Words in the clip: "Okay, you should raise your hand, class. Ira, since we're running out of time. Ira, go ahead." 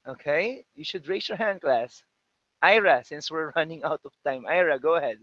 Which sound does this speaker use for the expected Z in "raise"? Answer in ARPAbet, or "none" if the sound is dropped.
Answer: S